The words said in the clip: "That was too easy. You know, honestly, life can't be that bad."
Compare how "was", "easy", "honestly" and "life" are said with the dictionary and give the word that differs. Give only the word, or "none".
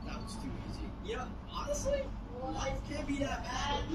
none